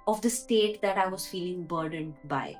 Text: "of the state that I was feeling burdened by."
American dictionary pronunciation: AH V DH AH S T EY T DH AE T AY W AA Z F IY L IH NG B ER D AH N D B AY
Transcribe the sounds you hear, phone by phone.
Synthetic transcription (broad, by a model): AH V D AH S T EY T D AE T AY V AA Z F IY L IH NG B ER D AH N D B AY